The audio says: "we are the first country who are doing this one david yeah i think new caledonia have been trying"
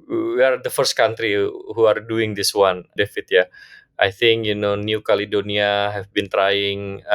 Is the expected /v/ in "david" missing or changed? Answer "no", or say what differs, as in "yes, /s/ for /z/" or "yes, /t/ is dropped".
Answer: yes, /f/ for /v/